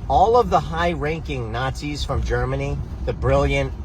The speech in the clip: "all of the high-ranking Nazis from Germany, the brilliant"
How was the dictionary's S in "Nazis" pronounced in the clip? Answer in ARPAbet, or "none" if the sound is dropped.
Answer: S